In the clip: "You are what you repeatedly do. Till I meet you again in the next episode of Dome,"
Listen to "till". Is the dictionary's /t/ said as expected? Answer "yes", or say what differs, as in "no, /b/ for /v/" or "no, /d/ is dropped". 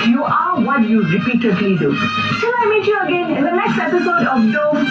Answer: no, /s/ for /t/